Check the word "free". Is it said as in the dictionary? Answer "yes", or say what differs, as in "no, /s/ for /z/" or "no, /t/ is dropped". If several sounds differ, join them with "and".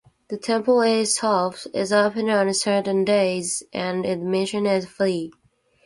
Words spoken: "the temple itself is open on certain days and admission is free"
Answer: no, /l/ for /ɹ/